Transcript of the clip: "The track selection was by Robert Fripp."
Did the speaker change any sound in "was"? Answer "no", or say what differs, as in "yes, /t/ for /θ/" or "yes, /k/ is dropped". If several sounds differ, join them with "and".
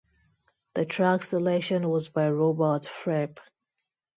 no